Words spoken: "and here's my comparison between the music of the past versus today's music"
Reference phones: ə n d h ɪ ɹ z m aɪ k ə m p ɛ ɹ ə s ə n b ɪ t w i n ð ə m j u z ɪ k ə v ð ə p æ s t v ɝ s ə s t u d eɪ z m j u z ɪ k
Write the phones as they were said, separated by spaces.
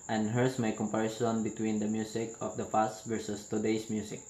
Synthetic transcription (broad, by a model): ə n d h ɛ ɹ s m aɪ k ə m p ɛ ɹ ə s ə n b ɪ t w i n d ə m j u s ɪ k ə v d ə f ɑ s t v ɝ s ə s t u d eɪ s m j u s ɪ k